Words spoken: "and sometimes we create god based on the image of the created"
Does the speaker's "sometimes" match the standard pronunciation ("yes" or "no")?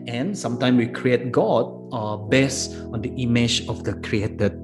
no